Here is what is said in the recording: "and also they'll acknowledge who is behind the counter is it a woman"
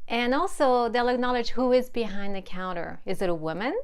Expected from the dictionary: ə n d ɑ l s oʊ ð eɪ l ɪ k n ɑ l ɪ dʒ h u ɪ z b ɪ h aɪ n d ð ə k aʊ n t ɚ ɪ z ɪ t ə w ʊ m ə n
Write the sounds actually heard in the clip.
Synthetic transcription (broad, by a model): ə n ɑ l s oʊ ð eɪ l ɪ k n ɑ l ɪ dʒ h u ɪ z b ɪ h aɪ n ð ə k aʊ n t ɚ ɪ z ɪ t ə w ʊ m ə n